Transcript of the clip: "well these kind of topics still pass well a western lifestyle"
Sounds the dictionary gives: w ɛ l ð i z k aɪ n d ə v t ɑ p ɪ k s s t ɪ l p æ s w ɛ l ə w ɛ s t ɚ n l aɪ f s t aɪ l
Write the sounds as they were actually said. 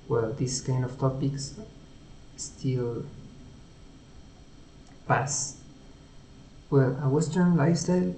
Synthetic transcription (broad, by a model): w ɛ l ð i s k aɪ n d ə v t ɑ p ɪ k s s t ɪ l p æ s w ɛ l ə w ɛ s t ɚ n l aɪ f s t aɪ l